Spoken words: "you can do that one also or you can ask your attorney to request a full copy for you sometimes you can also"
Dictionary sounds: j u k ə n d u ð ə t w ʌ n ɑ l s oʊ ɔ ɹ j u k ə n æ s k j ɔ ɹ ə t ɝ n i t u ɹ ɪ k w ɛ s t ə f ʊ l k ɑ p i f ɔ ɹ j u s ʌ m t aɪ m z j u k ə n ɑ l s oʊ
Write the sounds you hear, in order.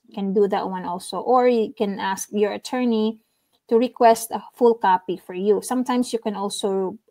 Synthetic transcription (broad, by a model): k ə n d u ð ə t w ʌ n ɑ l s oʊ ɔ ɹ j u k ə n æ s k j ɔ ɹ ə t ɝ n i t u ɹ ɪ k w ɛ s t ə f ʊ l k ɑ p i f ɔ ɹ j u s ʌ m t aɪ m s j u k ə n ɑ l s oʊ